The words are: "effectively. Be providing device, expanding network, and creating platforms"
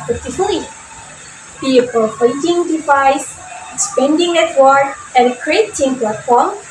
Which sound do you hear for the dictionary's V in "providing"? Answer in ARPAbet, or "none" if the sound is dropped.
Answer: F